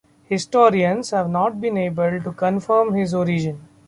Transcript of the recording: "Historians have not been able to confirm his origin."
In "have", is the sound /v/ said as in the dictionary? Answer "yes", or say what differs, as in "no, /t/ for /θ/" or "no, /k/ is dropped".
yes